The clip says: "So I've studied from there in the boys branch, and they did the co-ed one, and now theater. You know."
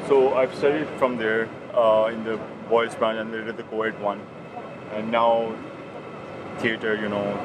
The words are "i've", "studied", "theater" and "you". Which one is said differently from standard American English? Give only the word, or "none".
theater